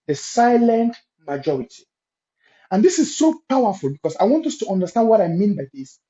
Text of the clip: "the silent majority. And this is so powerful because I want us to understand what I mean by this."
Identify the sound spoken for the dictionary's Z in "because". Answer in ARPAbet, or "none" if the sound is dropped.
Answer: S